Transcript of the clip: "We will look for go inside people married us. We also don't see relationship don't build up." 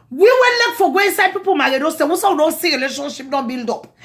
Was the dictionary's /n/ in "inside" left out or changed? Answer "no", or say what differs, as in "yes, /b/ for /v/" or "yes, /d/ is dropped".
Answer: no